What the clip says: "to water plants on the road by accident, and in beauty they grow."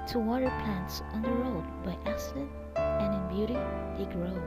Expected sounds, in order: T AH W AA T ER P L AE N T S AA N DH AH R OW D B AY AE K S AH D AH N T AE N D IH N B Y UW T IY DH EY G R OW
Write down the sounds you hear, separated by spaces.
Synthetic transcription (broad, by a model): T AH W AA T ER P L AE N T S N DH AH R OW D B AY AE S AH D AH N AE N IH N B Y UW T IY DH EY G R OW